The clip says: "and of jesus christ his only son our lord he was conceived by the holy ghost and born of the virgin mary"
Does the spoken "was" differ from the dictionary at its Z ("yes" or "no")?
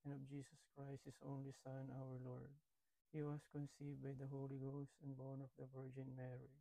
yes